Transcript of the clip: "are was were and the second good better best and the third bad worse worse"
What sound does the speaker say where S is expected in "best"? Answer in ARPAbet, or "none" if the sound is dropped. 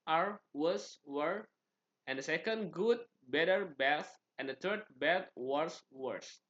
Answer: none